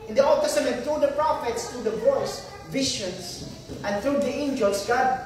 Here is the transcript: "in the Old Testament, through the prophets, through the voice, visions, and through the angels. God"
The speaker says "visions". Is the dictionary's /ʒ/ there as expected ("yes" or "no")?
no